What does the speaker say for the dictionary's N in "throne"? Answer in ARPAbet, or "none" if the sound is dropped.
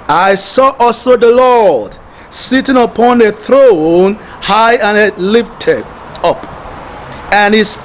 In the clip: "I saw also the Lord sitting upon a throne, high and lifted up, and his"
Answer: N